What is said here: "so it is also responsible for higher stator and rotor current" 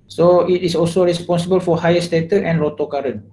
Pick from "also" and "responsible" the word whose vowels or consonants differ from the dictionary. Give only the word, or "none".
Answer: none